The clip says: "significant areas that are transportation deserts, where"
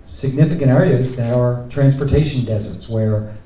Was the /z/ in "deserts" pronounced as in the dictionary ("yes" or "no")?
yes